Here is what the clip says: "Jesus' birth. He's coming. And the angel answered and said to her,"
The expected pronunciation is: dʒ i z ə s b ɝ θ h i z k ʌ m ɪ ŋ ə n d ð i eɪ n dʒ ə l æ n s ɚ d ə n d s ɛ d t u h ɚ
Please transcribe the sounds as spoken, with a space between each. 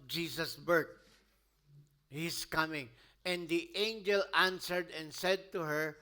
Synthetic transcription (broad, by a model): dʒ i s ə s b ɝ t h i s k ʌ m ɪ ŋ ə n d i eɪ n dʒ ə l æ n s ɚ d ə n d s ɛ d t u h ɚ